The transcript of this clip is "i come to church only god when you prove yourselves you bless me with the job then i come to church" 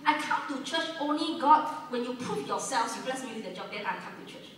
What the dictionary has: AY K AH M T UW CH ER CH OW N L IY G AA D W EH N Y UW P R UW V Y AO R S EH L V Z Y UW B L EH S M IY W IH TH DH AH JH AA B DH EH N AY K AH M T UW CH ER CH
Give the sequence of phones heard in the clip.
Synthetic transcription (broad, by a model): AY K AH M T UW CH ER CH OW N L IY G AA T W EH N Y UW P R UW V Y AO S EH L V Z Y UW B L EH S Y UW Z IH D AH JH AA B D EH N AY K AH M T UW CH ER CH